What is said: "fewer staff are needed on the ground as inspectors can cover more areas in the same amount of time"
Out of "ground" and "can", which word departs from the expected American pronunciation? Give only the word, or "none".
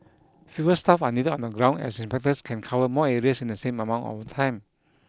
ground